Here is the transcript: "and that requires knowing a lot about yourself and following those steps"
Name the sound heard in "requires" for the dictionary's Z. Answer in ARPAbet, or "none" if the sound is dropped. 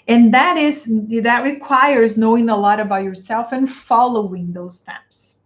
Z